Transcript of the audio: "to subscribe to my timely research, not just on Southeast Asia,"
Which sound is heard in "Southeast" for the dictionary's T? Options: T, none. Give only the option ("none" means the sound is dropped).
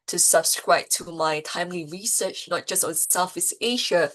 none